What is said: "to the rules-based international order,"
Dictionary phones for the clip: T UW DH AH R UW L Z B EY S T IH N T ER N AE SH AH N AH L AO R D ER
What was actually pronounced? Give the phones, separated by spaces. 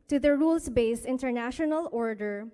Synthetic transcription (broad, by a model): T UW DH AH R UW L S B EY S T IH N T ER N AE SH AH N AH L AO R D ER